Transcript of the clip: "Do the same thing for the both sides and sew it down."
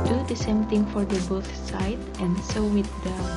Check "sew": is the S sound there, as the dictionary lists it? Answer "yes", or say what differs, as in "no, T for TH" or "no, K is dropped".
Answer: yes